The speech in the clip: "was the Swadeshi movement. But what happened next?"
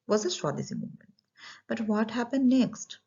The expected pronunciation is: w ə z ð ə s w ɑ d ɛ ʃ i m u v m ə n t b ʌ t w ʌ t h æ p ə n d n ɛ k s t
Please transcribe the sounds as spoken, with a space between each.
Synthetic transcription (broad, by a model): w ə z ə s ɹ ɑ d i s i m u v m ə n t b ʌ t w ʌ t h æ p ə n d n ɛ k s t